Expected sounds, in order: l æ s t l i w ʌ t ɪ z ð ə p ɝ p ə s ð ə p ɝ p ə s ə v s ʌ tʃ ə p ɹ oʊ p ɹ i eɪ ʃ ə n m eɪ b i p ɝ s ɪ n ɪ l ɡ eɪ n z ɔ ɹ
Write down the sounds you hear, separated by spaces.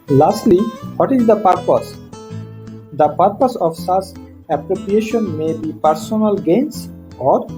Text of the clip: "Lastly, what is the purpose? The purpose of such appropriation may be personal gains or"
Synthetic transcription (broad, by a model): l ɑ s t l i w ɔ t ɪ z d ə p ɝ p ə s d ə p ɝ p ə s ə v s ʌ s ə p ɹ oʊ p ɹ i eɪ ʃ ə n m eɪ b i p ɝ s ɪ n ɪ l ɡ eɪ n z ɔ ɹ